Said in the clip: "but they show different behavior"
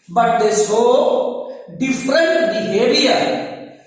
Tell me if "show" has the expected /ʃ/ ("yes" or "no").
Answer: no